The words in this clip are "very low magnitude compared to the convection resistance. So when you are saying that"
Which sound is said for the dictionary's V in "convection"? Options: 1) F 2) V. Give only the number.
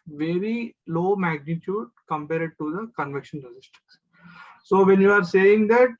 2